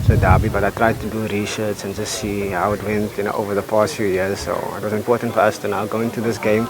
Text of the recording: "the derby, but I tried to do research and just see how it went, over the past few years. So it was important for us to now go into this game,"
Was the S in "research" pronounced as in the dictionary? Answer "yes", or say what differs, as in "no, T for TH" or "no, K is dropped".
no, SH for S